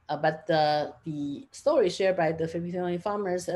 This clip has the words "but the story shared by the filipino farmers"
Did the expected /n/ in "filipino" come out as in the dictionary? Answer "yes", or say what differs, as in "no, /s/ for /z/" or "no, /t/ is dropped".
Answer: no, /n/ is dropped